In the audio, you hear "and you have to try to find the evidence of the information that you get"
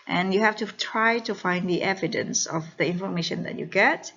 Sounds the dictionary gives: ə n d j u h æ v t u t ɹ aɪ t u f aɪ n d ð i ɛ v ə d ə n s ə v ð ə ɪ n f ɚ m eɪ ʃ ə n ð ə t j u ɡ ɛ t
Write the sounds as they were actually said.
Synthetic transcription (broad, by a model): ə n j u h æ f t u t ɹ aɪ t u f aɪ n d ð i ɛ v ə d ə n s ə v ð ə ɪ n f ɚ m eɪ ʃ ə n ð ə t j u ɡ ɛ t